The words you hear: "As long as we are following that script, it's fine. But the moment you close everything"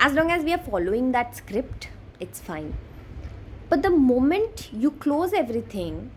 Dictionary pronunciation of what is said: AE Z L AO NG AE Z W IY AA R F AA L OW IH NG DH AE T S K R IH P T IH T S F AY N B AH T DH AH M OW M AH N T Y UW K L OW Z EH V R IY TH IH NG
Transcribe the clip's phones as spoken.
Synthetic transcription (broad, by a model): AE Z L AO NG AE Z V IY AA R F AA L OW IH NG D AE T S K R IH P T IH T S F AY N B AH T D AH M OW M AH N T Y UW K L OW Z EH V R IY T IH NG